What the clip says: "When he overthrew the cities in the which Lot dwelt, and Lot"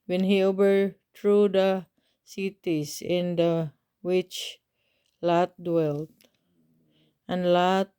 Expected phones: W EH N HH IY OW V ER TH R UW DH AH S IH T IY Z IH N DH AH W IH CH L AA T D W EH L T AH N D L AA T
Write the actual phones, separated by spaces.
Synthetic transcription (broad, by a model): W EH N HH IY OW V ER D R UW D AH S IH T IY S IH N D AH W IH CH L AA T D W EH L T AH N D L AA T